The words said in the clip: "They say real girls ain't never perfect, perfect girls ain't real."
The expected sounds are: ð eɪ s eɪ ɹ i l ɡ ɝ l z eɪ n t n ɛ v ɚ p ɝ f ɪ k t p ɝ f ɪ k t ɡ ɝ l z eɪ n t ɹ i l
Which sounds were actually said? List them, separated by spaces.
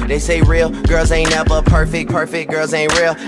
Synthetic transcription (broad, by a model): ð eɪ s eɪ ɹ i l ɡ ɝ l z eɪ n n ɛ b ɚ p ɝ f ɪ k p ɝ f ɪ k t ɡ ɝ l z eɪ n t ɹ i l